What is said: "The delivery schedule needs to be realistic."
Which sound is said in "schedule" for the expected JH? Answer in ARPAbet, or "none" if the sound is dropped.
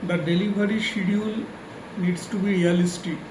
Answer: none